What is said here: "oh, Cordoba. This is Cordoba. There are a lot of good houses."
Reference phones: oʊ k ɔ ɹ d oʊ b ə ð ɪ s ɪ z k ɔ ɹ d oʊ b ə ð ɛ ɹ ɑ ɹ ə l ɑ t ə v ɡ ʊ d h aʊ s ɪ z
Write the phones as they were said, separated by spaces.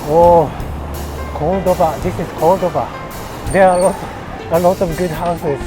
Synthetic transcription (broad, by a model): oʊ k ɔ l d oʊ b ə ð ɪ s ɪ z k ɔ l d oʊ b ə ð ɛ l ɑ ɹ ə l ɑ t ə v ɡ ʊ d h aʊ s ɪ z